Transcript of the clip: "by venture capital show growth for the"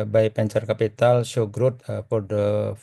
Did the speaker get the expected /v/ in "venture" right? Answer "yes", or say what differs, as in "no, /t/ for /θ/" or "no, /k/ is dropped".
no, /p/ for /v/